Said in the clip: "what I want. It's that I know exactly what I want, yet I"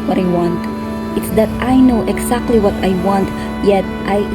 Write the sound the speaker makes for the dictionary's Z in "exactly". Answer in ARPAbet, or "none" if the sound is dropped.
S